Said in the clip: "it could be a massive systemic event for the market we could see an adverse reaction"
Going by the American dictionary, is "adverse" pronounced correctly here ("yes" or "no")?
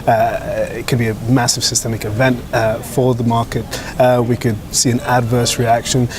yes